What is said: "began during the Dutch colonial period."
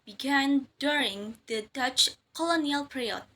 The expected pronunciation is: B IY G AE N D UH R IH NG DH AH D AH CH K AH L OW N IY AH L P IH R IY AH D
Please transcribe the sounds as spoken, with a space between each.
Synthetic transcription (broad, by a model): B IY G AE N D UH R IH NG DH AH D AH CH K AH L OW N IY AH L P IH R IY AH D